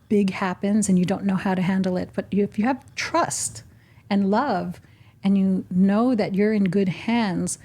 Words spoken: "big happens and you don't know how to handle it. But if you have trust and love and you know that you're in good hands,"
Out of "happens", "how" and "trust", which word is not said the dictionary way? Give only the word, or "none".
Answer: none